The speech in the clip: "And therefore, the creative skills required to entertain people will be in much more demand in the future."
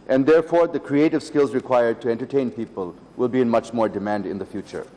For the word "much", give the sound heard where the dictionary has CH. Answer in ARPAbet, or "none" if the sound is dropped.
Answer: CH